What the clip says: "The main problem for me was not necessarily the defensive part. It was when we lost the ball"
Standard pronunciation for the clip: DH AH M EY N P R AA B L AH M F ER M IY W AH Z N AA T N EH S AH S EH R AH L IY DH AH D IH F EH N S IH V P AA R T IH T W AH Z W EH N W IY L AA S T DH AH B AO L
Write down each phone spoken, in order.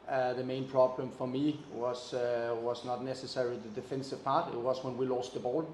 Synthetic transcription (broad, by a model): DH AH M EY N P R AA B L AH M F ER M IY W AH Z N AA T N EH S AH S EH R AH L IY DH AH D IH F EH N S IH V P AA R T IH T W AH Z W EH N W IY L AA S T DH AH B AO L